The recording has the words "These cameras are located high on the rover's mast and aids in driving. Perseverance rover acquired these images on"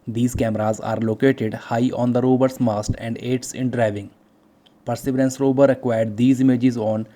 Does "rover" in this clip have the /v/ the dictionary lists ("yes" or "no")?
no